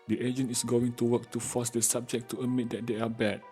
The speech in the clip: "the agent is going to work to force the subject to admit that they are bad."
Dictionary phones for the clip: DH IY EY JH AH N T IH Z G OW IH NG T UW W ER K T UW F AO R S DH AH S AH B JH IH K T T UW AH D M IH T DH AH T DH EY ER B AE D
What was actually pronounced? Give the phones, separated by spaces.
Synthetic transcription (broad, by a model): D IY EY JH AH N T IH S G OW IH NG T UW W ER K T UW F AO S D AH S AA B JH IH K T T UW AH M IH T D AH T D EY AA B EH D